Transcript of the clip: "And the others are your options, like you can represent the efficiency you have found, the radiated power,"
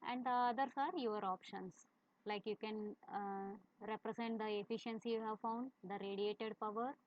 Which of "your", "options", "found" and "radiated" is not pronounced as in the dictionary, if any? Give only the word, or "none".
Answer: options